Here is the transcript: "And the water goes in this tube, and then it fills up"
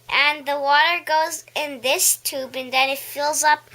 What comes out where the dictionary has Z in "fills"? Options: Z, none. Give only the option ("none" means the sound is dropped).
Z